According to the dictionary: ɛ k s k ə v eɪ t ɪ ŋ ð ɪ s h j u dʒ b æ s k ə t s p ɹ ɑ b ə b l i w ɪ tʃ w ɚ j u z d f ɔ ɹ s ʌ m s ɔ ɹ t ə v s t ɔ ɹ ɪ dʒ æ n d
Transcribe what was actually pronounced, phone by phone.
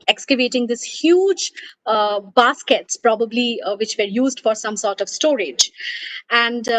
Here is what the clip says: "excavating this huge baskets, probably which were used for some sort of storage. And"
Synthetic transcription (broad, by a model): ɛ k s k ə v eɪ t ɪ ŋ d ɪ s h j u dʒ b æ s k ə t s p ɹ ɑ b ə b l i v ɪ tʃ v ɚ j u z d f ɔ ɹ s ʌ m s ɔ ɹ t ə v s t ɔ ɹ ɪ dʒ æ n d